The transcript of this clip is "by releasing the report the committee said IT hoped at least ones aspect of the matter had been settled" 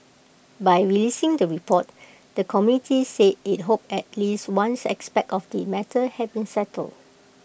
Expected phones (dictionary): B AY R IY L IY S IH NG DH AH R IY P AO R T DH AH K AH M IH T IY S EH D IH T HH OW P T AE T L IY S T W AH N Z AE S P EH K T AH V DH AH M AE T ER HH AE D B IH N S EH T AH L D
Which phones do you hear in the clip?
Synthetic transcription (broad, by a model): B AY R IY L IY S IH NG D AH R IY P AO T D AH K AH M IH T IY S EH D IH T HH OW P EH T L IY S T W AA N S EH S P EH K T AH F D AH M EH T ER HH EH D B IH N S EH T AH L D